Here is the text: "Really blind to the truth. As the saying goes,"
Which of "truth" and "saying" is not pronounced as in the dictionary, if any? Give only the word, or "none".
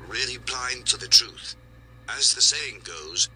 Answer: none